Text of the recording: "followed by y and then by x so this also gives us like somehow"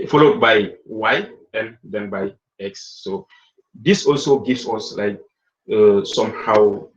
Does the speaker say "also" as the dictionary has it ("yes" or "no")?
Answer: yes